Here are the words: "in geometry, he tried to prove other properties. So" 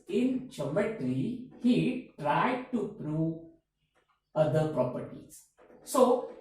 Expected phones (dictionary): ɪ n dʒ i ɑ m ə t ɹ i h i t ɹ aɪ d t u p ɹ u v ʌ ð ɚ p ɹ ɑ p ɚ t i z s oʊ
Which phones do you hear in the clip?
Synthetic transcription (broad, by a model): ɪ n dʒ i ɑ m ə t ɹ i h i t ɹ aɪ d t u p ɹ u ʌ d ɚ p ɹ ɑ p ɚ t i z s oʊ